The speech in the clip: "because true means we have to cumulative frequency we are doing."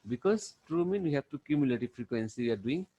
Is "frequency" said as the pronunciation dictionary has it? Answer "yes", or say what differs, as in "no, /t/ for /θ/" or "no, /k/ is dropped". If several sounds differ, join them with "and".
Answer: yes